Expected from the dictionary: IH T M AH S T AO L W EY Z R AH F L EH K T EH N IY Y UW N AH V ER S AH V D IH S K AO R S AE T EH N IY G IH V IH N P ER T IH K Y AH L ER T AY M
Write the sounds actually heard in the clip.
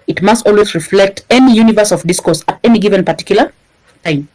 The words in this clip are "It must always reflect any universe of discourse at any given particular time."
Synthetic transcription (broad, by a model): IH T M AH S T AO L W EY Z R AH F L EH K T EH N IY Y UW N AH V ER S AH V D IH S K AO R S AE T EH N IY G IH V IH N P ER T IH K Y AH L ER T AY M